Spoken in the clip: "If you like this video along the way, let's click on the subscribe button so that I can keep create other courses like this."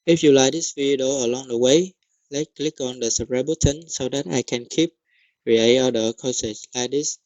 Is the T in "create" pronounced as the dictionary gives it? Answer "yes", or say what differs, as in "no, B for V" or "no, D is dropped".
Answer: no, T is dropped